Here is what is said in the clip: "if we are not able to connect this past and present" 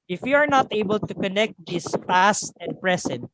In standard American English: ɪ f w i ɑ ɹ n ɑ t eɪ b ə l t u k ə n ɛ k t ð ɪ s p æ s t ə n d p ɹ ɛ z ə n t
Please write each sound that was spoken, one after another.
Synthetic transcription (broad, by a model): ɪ f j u ɑ ɹ n ɑ t eɪ b ə l t u k ə n ɛ k t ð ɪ s p æ s t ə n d p ɹ ɛ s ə n t